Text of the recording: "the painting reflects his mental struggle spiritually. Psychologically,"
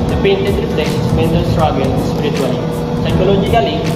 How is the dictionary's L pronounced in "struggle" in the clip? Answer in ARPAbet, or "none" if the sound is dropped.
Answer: N